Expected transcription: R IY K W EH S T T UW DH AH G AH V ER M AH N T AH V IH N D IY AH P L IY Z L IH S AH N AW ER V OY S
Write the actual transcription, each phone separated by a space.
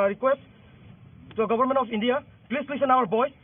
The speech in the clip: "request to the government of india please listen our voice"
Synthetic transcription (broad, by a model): R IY K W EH S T T UW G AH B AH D M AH N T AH P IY N D IY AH P L IY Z L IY S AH N AW ER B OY